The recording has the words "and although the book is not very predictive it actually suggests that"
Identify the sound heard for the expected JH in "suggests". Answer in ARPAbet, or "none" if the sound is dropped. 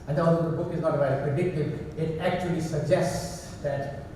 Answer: JH